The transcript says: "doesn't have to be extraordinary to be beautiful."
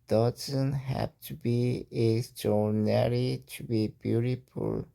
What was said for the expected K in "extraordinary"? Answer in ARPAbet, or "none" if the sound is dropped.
none